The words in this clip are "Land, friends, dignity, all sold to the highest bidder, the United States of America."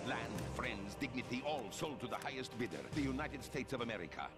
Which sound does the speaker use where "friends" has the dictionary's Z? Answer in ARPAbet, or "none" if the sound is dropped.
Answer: Z